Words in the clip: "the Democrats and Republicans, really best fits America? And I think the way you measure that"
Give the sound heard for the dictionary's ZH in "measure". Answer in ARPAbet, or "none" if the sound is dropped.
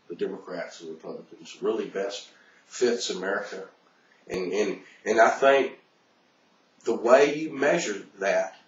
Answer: ZH